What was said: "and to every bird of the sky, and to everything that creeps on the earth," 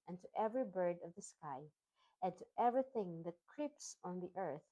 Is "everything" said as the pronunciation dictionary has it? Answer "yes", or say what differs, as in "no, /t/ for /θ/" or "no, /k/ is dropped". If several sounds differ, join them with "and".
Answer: yes